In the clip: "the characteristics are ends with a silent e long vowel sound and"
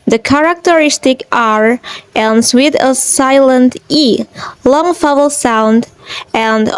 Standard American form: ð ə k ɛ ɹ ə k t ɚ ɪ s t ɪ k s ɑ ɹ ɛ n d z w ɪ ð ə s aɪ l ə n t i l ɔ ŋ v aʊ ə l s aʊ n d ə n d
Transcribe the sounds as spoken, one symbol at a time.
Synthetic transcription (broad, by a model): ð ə k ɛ ɹ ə k t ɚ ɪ s t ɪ k ɑ ɹ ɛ n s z w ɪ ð ə s aɪ l ə n t i l ɔ ŋ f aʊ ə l s aʊ n d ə n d